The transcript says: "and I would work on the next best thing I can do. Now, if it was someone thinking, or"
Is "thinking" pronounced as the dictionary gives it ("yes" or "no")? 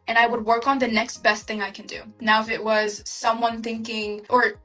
yes